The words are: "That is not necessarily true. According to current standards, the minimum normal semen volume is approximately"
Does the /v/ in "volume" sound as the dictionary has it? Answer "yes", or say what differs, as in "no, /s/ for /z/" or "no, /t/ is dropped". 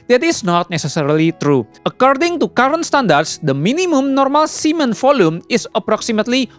no, /f/ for /v/